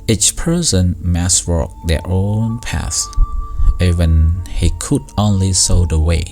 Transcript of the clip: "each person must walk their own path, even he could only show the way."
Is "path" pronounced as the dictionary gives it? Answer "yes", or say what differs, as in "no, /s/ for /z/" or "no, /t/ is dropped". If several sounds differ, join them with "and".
no, /s/ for /θ/